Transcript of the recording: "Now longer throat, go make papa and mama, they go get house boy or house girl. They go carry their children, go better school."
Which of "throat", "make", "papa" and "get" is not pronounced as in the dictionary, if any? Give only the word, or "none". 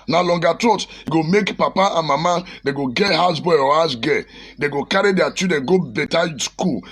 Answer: throat